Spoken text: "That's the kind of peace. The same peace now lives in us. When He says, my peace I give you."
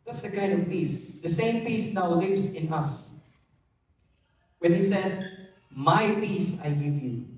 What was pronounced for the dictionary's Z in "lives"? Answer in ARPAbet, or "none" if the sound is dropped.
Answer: S